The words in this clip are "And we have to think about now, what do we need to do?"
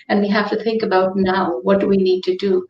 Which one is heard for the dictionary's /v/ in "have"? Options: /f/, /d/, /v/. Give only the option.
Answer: /f/